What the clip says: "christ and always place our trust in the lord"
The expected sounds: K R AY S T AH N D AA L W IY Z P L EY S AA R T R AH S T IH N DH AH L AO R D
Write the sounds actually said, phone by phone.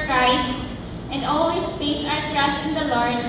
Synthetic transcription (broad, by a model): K R AY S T AH N D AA L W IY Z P EY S AA R T R AH S T IH N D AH L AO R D